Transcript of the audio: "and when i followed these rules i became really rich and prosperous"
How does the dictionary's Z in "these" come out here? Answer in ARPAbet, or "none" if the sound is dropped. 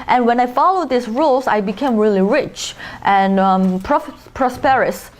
S